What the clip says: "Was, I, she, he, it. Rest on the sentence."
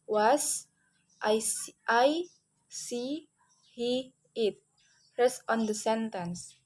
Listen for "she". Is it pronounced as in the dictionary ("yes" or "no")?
no